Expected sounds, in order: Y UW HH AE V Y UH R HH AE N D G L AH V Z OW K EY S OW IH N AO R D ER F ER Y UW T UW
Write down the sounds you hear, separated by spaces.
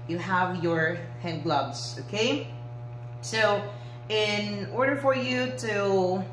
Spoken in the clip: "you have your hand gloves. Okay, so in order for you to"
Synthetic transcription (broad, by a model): Y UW HH AE V Y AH R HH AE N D G L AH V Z OW K EY S OW IH N AO R D ER F ER Y UW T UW